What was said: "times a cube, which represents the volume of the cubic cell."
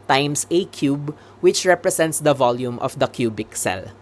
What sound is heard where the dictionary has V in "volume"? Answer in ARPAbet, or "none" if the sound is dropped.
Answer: V